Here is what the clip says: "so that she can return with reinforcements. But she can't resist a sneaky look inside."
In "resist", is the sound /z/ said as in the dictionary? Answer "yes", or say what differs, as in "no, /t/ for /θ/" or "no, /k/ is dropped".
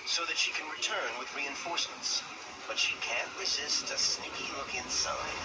yes